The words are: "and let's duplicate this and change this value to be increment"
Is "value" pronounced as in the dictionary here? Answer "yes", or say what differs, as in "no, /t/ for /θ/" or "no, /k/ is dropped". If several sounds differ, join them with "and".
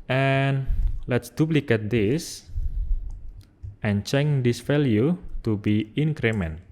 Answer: no, /f/ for /v/